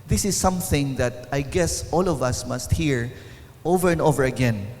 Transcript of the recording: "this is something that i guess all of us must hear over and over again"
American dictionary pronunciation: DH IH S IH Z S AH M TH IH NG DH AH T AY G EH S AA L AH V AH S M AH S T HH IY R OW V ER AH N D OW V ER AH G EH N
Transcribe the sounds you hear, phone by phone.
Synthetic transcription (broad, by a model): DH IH S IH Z S AH M TH IH NG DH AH T AY G EH S AA L AH V AH S M AH S T HH IY R OW V ER AH N D OW V ER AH G EH N